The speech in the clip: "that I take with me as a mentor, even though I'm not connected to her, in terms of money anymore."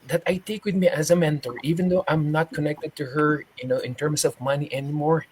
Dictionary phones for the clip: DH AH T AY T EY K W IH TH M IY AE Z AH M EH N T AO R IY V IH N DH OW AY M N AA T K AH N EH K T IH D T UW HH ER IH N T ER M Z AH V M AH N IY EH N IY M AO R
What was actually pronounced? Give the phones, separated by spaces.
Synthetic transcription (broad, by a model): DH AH T AY T EY K W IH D M IY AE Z AH M EH N T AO R IY V IH N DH OW AY M N AA T K AH N EH K T IH D T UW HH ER IH N T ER M S AH V M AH N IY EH N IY M AO R